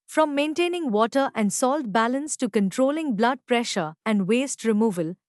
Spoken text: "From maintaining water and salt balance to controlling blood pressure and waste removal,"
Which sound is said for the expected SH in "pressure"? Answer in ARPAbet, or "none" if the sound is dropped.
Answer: SH